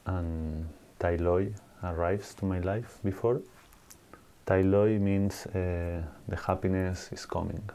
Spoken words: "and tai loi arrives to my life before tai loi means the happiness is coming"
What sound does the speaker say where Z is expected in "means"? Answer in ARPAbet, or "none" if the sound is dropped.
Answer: S